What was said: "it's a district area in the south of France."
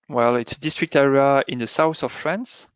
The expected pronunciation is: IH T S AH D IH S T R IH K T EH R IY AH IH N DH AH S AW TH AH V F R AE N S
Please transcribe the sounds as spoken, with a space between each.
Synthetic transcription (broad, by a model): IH T S AH D IH S T R IH K T EH R IY AH IH N DH AH S AW TH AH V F R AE N S